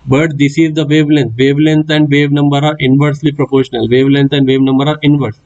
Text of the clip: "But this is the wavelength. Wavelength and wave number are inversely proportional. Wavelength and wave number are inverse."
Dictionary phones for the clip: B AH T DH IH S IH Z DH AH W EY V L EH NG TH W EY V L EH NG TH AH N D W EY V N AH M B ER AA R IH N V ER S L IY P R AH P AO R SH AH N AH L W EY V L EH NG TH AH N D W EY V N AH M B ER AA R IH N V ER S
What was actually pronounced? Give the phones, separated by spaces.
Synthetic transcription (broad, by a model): B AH T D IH S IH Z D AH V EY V L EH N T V EY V L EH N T AH N D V EY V N AH M B ER AA R IH N V ER S L IY P R AH P AO R SH AH N AH L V EY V L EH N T AH N D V EY V N AH M B ER AA R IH N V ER S